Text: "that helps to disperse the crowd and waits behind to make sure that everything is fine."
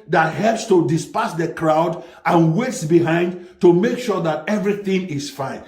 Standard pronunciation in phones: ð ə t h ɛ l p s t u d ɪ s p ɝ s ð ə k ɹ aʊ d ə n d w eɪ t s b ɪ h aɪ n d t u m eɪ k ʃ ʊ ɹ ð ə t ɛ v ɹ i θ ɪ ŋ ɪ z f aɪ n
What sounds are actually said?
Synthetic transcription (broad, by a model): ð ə t h ɛ l p s t u d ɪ s p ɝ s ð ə k ɹ aʊ d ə n w eɪ t s b ɪ h aɪ n d t u m eɪ k ʃ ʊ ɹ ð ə t ɛ v ɹ i θ ɪ ŋ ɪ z f aɪ n